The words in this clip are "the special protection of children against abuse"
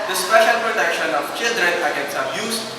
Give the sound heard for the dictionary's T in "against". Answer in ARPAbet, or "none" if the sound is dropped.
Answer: none